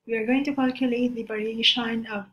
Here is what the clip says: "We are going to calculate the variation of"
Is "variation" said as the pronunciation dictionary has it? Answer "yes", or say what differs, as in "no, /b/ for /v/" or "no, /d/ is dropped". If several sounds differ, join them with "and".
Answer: no, /b/ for /v/